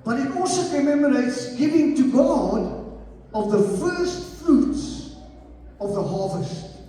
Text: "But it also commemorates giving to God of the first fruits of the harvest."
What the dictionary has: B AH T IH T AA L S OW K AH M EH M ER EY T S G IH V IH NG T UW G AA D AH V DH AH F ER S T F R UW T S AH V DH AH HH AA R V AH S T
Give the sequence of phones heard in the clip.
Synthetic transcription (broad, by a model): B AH T IH T AA L S OW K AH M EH M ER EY T S G IH V IH NG T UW G AA D AH V DH AH F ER S T F R UW T S AH V DH AH HH AA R V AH S T